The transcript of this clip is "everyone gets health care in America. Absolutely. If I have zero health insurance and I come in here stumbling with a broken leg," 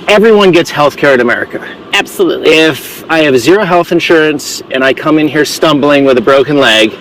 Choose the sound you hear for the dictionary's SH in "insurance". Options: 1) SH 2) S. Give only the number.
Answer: 1